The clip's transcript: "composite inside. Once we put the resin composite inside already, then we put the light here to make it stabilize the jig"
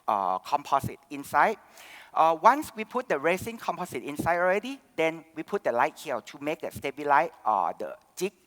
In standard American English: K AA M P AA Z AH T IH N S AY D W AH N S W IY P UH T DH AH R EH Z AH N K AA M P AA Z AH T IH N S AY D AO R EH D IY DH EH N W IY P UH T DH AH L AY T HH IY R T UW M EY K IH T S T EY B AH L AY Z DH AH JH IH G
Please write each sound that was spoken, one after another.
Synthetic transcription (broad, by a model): K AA M P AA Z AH T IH N S AY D W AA N S W IY P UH T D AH R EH S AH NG K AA M P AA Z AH T IH N S AY D AO R EH D IY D EH N W IY P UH T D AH L AY T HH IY L T UW M EY K IH T S T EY B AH L AY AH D AH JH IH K